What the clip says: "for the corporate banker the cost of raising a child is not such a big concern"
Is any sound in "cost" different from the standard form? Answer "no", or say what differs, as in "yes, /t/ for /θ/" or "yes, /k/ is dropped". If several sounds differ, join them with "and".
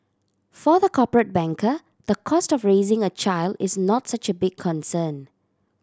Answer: no